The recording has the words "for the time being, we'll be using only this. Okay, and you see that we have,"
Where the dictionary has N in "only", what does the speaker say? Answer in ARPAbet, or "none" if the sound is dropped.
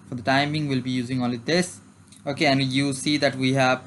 none